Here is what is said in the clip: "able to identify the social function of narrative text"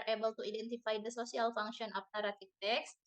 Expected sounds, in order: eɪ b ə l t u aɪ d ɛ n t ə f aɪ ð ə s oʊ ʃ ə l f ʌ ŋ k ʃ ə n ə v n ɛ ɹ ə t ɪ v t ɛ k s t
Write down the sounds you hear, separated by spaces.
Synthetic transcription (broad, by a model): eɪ b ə l t u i d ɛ n t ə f aɪ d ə s oʊ s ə l f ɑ ŋ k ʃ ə n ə p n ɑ ɹ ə t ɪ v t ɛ k s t